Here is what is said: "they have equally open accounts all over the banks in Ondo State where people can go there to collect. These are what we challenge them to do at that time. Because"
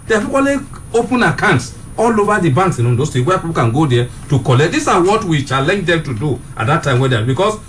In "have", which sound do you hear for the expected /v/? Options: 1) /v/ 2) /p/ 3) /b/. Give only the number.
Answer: 2